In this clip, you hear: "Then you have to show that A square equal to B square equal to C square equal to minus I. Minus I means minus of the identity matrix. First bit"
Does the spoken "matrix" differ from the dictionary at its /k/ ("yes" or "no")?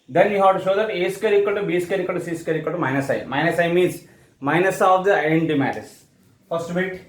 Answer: yes